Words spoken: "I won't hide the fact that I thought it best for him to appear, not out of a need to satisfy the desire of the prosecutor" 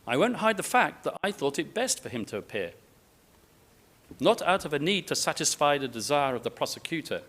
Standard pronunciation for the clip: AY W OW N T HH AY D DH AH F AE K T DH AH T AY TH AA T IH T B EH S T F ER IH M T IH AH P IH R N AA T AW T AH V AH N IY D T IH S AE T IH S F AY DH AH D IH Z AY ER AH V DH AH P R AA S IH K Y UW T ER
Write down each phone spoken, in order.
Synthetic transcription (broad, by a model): AY W OW N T HH AY D DH AH F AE K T DH AH T AY TH AA T IH T B EH S T F ER IH M T IH AH P IH R N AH T AW T AH V AH N IY D T IH S AE T IH S F AY DH AH D IH Z AY ER AH V DH AH P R AA S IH K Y UW T ER